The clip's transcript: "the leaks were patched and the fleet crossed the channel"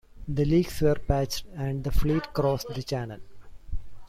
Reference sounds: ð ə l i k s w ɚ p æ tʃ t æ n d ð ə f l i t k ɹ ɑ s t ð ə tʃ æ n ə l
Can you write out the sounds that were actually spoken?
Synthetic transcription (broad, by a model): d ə l i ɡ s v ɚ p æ tʃ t æ n d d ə f l i t k ɹ ɑ s t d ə tʃ æ n ə l